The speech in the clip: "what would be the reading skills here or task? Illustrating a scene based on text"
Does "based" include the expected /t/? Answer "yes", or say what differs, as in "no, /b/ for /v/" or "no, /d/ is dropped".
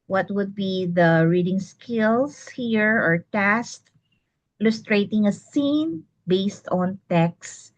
yes